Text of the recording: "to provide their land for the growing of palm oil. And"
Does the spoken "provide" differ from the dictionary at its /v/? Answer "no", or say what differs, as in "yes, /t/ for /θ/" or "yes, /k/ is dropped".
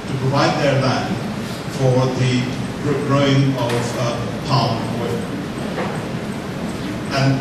no